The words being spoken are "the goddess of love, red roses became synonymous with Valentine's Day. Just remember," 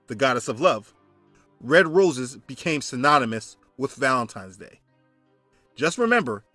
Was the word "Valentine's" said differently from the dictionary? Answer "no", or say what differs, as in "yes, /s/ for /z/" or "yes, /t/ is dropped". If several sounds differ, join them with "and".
no